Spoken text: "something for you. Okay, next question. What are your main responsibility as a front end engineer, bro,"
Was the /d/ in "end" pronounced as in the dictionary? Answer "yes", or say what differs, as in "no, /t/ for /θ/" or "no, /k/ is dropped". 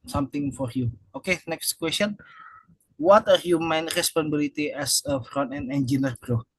no, /d/ is dropped